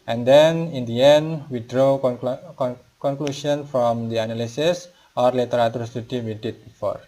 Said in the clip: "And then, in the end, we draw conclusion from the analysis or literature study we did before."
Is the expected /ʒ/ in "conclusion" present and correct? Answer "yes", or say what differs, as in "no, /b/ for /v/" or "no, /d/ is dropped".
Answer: no, /ʃ/ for /ʒ/